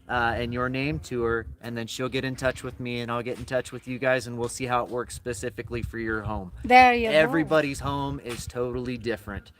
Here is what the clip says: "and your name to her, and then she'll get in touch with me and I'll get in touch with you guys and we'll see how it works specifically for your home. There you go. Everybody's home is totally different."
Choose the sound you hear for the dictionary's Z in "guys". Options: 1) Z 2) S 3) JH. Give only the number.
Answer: 1